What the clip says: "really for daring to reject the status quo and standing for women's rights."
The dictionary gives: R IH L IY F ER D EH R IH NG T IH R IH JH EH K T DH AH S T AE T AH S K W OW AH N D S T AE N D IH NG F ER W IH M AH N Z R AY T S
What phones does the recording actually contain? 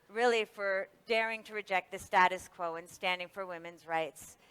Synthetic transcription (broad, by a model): R IH L IY F ER D EH R IH NG T IH R IH JH EH K T DH AH S T AE T AH S K W OW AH N S T AE N D IH NG F ER W IH M AH N Z R AY T S